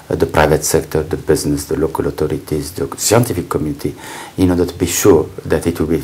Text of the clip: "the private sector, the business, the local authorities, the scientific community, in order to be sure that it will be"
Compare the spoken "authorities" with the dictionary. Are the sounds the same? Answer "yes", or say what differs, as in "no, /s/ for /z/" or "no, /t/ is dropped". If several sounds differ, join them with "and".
no, /t/ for /θ/